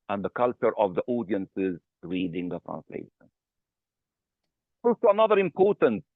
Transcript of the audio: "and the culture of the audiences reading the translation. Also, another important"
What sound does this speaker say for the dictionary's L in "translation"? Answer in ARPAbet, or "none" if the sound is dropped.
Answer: L